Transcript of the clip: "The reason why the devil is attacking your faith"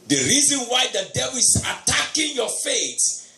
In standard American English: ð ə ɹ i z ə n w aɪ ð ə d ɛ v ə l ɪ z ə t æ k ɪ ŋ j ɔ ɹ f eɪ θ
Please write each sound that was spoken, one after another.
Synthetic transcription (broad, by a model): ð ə ɹ i z ə n w aɪ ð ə d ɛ b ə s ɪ t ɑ k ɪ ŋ j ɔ f eɪ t